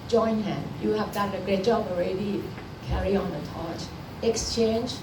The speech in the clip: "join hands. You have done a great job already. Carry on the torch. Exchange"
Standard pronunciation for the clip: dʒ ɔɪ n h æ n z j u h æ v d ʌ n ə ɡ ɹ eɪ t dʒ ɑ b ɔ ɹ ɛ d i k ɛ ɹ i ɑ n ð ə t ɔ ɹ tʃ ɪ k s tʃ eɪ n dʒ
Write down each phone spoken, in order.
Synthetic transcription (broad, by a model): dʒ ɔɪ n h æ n j u h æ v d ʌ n ə ɡ ɹ eɪ t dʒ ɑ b ɔ ɹ ɛ d i k ɛ ɹ i ɑ n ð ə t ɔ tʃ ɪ k s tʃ eɪ n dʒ